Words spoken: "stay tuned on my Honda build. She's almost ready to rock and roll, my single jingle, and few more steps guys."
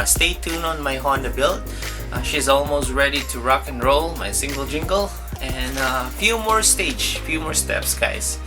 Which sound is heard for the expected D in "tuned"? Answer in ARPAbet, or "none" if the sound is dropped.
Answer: none